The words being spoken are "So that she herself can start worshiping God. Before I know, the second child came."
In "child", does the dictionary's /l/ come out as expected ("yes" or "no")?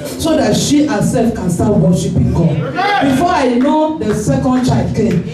no